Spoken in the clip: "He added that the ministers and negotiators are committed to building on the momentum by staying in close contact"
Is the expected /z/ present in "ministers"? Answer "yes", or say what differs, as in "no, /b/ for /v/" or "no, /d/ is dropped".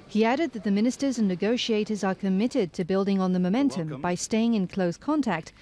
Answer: yes